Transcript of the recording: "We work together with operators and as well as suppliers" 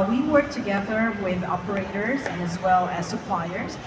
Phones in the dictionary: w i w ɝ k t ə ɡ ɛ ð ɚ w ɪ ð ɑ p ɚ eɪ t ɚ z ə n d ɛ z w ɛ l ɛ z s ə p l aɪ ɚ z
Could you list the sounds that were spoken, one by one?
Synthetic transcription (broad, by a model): w i w ɝ k t ə ɡ ɛ ð ɚ w ɪ ð ɑ p ɚ eɪ t ɚ z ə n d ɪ z w ɛ l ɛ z s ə p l aɪ ɚ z